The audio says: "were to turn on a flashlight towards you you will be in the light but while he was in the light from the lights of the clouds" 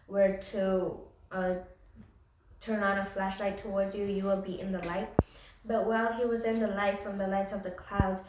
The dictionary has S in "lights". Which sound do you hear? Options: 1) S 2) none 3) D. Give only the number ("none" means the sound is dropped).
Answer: 2